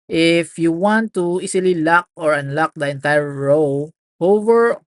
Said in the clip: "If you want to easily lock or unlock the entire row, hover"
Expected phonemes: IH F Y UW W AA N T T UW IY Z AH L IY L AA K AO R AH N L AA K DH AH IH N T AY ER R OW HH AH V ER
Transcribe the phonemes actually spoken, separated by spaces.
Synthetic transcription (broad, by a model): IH F Y UW W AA N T T UW IY S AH L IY L AA K AO R AH N L AA K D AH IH N T AY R R OW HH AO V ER